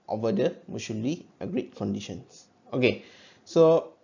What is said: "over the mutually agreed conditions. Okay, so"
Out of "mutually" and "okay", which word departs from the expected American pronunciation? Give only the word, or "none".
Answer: mutually